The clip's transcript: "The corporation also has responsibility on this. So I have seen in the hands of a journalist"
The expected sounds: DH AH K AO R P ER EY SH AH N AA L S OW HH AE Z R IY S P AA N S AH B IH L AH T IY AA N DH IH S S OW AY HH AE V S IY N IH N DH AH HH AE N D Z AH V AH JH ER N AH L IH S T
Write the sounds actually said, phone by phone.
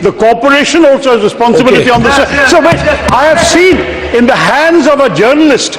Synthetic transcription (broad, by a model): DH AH K AO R P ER EY SH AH N AA L S OW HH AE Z R IY S P AA N S AH B IH L AH T IY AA N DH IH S S OW AY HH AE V S IY N IH N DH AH HH AE N D Z AH V AH JH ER N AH L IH S T